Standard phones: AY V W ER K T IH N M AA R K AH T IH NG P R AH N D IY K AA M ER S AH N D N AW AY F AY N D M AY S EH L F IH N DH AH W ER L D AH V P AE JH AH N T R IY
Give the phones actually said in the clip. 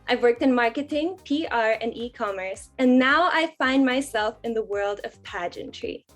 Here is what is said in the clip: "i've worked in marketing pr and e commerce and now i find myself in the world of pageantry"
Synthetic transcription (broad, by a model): AY V W ER K T IH N M AA R K AH T IH NG P R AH N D IY K AA M ER S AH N N AW AY F AY N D M AY S EH L F IH N DH AH W ER L D AH V P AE JH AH N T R IY